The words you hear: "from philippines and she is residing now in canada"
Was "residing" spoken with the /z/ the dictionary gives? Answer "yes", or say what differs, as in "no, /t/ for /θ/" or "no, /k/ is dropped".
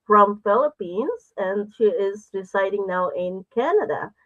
no, /s/ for /z/